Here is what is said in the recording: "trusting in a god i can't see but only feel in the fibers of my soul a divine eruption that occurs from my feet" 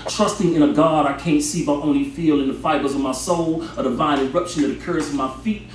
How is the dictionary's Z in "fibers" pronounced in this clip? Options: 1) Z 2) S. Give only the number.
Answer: 1